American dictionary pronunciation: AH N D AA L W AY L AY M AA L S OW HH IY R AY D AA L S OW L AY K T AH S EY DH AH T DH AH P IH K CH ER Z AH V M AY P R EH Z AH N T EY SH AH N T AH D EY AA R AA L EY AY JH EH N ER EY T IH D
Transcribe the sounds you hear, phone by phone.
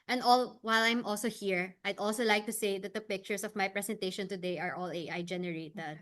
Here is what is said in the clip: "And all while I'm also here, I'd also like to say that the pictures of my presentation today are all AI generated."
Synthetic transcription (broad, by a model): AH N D AA L W AY L AY M AA L S OW HH IY R AY D AA L S OW L AY K T AH S EY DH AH T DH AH P IH K CH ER S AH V M AY P R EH S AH N T EY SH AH N T AH D EY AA R AA L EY AY JH EH N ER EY T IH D